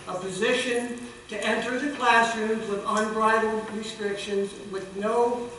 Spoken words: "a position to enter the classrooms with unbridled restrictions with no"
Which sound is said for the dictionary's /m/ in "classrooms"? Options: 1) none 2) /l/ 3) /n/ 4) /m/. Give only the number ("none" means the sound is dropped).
1